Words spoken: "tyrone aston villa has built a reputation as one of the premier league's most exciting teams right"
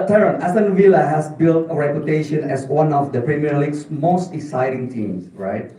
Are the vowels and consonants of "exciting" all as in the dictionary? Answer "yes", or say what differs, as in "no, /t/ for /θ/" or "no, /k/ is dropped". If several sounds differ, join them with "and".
no, /k/ is dropped